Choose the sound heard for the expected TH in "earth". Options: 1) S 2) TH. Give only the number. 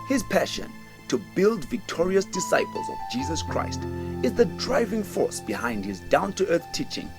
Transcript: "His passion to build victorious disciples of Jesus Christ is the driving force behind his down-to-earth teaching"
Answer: 2